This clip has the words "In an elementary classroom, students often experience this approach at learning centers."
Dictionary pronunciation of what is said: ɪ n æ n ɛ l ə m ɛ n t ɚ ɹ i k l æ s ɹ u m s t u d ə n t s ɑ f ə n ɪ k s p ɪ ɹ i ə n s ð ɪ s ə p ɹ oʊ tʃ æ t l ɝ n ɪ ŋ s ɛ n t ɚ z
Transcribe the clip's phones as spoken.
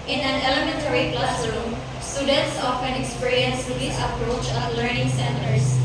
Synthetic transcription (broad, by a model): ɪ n æ n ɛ l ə m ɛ n t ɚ ɹ i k l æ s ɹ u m s t u d ə n t s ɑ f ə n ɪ k s p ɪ ɹ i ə n s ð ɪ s ə p ɹ oʊ tʃ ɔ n l ɝ n ɪ ŋ s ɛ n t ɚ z